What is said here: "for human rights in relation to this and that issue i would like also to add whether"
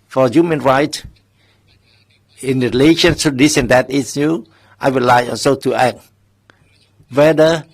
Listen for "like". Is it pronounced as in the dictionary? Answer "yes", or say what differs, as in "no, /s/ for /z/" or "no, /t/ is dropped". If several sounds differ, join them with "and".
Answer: no, /k/ is dropped